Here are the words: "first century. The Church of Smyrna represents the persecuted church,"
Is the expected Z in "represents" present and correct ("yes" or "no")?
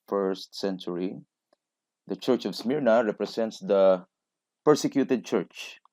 no